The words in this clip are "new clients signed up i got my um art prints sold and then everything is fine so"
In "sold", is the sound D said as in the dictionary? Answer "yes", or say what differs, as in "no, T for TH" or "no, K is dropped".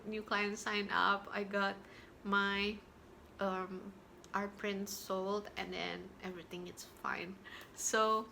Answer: yes